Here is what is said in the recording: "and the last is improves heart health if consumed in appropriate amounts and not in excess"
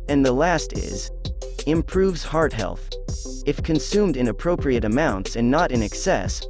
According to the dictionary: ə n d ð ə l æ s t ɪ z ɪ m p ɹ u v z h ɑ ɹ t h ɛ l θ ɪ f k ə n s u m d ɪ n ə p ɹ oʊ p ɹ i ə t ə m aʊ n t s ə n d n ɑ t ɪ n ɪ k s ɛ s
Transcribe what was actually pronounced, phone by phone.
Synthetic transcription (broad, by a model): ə n ð ə l æ s t ɪ z ɪ m p ɹ u v z h ɑ ɹ t h ɛ l θ ɪ f k ə n s u m d ɪ n ə p ɹ oʊ p ɹ i ə t ə m aʊ n t s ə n n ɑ t ɪ n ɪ k s ɛ s